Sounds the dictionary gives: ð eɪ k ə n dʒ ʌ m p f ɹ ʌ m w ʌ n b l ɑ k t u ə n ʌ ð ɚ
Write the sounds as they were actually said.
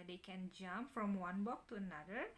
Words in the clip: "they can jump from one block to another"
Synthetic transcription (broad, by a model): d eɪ k ə n dʒ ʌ m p f ɹ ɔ m w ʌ n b ɑ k t u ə n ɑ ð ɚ